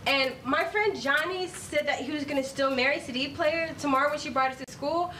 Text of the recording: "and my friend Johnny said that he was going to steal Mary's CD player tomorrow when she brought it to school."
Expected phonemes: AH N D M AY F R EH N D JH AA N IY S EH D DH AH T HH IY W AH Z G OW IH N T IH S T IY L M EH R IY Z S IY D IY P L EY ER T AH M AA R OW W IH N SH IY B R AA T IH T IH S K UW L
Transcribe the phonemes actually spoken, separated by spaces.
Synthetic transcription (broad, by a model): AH N M AY F R EH N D JH AA N IY S EH D DH AH T HH IY W AH Z G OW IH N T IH S T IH L M EH R IY S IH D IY P L EY ER T AH M AA R OW W IH N SH IY B R AA T IH S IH S K UW L